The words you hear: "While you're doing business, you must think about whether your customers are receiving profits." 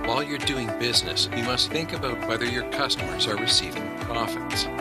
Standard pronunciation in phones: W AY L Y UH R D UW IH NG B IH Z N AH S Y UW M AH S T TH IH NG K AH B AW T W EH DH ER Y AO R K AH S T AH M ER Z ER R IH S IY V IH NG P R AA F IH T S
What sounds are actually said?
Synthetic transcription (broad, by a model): W AY L Y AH R D UW IH NG B IH Z N AH S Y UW M AH S T TH IH NG K AH B AW T W EH DH ER Y AO R K AH S T AH M ER Z ER R IH S IY V IH NG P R AA F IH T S